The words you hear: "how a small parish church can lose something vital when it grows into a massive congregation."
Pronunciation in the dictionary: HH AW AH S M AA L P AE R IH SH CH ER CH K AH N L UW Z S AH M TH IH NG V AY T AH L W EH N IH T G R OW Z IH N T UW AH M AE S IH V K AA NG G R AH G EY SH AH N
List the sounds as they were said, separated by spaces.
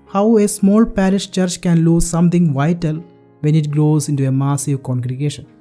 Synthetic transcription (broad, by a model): HH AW AH S M AA L P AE R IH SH CH ER CH K AH N L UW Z S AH M T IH NG V AY T AH L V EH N IH T G R OW Z IH N T UW AH M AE S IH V K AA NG G R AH G EY SH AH N